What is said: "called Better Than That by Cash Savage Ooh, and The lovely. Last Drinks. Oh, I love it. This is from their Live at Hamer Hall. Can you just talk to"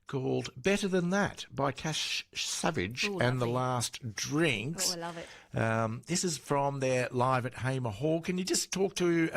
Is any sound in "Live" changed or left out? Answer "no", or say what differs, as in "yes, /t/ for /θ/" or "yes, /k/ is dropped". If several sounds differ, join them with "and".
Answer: no